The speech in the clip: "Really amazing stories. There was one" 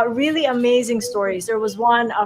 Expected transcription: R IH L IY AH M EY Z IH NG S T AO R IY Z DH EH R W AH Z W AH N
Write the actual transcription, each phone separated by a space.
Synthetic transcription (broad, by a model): R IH L IY AH M EY Z IH NG S T AO R IY Z DH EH R W AH Z W AH N